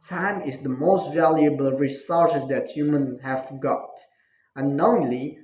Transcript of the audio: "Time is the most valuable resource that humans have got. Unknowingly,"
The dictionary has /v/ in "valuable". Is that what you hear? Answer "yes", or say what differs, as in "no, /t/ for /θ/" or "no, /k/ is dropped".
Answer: yes